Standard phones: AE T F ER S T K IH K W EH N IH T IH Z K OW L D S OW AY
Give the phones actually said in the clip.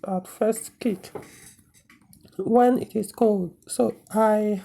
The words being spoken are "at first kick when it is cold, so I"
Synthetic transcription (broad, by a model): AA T F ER S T K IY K W EH N IH T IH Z K OW L D S OW AY